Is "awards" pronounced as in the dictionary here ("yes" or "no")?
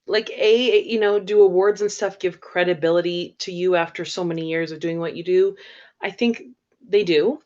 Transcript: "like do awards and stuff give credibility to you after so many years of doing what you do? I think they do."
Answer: yes